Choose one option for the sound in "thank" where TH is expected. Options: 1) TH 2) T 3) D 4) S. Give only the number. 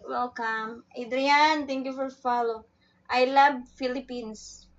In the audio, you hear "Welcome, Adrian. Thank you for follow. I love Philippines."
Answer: 2